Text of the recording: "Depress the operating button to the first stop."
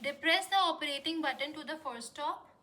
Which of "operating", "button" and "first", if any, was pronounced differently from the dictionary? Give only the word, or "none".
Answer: first